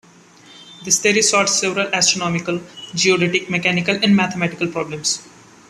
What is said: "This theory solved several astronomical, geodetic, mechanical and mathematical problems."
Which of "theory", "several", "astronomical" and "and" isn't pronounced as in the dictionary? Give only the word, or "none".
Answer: theory